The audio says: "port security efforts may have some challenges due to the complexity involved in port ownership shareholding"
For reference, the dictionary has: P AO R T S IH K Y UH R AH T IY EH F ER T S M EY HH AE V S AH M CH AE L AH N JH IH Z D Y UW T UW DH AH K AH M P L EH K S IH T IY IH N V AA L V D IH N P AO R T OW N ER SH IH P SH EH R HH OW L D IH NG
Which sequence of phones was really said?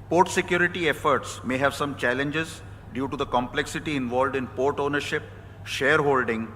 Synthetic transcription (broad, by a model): P AO R T S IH K Y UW R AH T IY EH F ER T S M EY HH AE V S AH M CH AE L AH N JH IH Z D Y UW T UW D AH K AH M P L EH K S IH T IY IH N V AA L V D IH N P AO R T OW N ER SH IH P SH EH R HH OW L D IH NG